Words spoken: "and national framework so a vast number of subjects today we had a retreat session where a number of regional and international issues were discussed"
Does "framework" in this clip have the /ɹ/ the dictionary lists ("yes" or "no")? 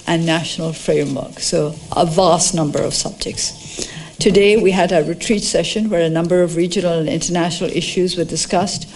yes